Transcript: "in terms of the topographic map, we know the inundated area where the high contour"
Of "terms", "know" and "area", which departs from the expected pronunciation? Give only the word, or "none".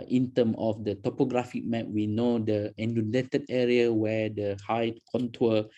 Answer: terms